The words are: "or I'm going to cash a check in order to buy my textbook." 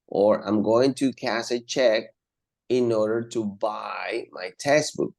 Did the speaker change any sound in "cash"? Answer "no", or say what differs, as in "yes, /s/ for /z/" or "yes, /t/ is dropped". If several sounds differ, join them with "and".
yes, /s/ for /ʃ/